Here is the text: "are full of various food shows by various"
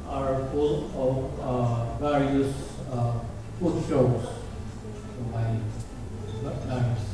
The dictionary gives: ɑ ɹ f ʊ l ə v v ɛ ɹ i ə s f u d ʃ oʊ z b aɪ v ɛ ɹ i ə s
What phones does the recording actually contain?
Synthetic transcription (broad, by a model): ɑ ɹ f ʊ l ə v v ɛ ɹ i ə s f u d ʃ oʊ s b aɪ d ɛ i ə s